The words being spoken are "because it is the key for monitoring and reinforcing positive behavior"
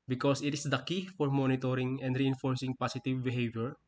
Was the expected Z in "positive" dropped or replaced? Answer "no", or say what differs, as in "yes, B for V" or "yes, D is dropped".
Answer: yes, S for Z